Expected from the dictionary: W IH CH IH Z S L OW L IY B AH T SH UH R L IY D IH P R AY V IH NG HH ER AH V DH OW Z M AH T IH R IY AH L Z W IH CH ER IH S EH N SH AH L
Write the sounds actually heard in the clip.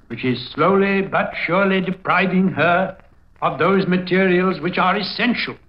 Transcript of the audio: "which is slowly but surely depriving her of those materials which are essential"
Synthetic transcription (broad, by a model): W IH CH IH Z S L OW L IY B AH T SH UH R L IY D IH P R AY V IH NG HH ER AH V DH OW Z M AH T IH R IY AH L Z W IH CH ER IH S EH N SH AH L